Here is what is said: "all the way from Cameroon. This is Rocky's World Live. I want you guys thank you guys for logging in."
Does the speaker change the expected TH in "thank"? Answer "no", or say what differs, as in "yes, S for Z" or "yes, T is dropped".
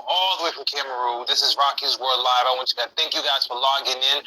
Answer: no